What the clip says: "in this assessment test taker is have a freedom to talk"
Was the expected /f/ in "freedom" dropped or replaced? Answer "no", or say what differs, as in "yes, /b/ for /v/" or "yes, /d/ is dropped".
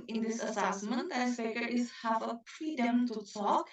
yes, /p/ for /f/